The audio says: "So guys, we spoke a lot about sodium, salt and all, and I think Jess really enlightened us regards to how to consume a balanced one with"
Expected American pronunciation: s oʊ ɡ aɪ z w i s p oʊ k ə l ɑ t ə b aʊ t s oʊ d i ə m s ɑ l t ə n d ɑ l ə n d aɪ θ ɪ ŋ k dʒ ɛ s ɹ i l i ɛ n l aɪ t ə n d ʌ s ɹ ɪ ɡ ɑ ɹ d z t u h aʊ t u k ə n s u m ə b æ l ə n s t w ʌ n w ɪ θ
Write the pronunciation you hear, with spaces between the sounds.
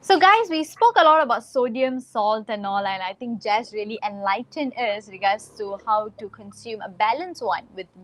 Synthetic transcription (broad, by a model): s oʊ ɡ aɪ s w i s p oʊ k ə l ɑ t ə b aʊ t s oʊ d i ə m s ɑ l t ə n ɑ l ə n aɪ t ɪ ŋ k dʒ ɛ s ɹ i l i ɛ n l aɪ t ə n ʌ s ɹ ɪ ɡ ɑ d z t u h aʊ t u k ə n s u m ə b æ l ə n s w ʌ n w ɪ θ